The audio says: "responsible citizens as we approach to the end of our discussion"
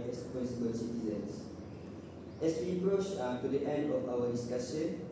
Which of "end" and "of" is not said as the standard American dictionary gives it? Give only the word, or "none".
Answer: of